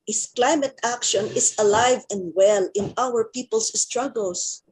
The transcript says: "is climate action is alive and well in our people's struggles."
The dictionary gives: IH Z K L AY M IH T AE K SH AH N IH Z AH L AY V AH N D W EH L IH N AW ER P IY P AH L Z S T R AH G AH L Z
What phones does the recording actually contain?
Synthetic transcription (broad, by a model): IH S K L AY M IH T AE K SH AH N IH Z AH L AY V AH N D W EH L IH N AW ER P IY P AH L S S T R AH G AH L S